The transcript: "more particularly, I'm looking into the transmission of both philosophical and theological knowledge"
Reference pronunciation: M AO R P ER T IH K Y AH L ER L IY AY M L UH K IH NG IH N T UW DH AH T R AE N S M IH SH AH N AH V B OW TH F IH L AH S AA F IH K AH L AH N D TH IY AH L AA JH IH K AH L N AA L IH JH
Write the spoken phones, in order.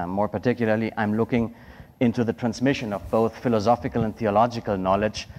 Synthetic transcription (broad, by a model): M AO R P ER T IH K Y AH L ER L IY AY M L UH K IH NG IH N T UW DH AH T R AE N S M IH SH AH N AH V B OW TH F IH L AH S AA F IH K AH L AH N TH IY AH L AA JH IH K AH L N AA L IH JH